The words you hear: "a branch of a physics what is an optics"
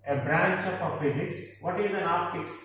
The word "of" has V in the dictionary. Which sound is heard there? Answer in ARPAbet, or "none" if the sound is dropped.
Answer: P